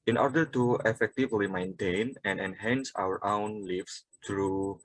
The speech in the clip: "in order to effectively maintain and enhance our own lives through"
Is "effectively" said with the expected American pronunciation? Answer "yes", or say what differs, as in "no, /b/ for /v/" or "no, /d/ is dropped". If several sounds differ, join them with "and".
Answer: yes